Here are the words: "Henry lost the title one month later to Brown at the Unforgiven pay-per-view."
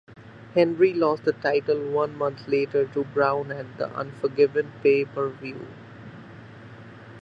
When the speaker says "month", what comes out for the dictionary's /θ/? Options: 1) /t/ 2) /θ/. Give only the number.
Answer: 1